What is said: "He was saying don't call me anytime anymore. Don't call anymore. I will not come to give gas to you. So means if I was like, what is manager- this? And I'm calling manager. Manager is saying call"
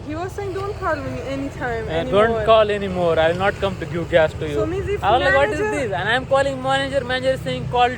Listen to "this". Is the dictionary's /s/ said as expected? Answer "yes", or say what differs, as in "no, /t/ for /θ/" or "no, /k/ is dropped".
no, /s/ is dropped